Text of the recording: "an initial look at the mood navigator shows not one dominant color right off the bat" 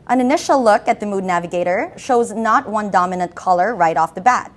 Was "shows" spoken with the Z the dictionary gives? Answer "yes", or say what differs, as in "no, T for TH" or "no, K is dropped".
yes